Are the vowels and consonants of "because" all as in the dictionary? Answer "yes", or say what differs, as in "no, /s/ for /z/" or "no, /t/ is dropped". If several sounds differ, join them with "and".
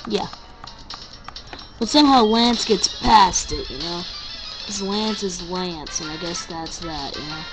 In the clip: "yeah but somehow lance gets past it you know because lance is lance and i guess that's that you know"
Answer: no, /k/ is dropped